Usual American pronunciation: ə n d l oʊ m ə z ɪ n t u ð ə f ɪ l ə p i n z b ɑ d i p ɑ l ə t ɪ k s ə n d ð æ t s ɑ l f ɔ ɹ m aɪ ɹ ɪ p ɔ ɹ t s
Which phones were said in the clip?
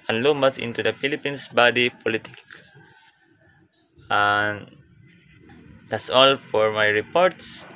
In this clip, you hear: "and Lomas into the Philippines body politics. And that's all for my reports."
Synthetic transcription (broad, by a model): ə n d l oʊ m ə s ɪ n t u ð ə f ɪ l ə p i n s b ɑ d i p ɑ l ə t ɪ k s ə n d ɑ t s ɑ l f ɔ ɹ m aɪ ɹ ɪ p ɔ ɹ t s